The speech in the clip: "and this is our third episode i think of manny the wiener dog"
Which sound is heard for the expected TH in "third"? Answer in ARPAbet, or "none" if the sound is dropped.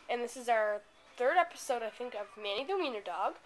TH